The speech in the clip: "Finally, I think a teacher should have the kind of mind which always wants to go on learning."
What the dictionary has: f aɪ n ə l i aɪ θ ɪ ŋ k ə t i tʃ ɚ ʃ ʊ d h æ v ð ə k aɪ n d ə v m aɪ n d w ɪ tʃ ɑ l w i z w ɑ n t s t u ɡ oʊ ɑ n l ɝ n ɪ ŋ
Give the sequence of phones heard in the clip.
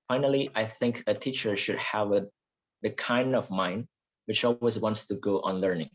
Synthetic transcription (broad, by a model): f aɪ n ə l i aɪ θ ɪ ŋ k ə t i tʃ ɚ ʃ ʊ d h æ v ð ə k aɪ n d ə v m aɪ n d w ɪ tʃ ɑ l w i z w ɑ n t s t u ɡ oʊ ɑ n l ɝ n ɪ ŋ